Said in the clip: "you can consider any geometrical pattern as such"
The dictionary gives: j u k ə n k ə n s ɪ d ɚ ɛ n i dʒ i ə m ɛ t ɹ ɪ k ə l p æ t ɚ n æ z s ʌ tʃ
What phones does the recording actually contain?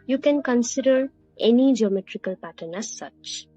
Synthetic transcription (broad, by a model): j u k ə n k ə n s ɪ d ɚ ɛ n i dʒ i ə m ɛ t ɹ ɪ k ə l p æ t ɚ n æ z s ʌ tʃ